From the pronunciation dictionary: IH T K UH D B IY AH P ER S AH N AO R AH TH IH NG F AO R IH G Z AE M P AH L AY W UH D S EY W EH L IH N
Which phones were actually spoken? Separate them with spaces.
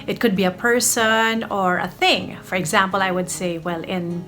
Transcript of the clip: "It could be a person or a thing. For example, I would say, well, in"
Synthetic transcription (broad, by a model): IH T K UH D B IY AH P ER S AH N AO R AH TH IH NG F AO R IH G Z AE M P AH L AY W UH D S EY W EH L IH N